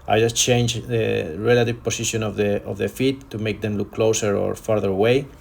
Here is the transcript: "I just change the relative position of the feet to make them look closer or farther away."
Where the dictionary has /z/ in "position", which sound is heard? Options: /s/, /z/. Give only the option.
/s/